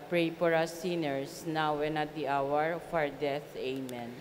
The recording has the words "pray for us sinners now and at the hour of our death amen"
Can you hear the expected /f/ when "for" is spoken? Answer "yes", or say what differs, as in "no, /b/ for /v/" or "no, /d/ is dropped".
no, /p/ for /f/